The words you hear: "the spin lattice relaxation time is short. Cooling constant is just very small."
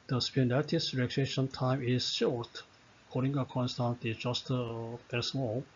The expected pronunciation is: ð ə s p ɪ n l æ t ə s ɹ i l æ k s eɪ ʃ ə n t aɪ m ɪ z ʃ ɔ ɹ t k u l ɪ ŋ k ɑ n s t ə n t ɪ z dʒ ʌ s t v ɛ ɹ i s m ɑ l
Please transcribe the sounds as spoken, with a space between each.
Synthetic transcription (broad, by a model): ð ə s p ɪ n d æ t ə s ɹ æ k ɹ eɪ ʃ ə n t aɪ m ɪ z ʃ ɔ ɹ t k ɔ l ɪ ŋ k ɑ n s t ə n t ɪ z dʒ ʌ s t p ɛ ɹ s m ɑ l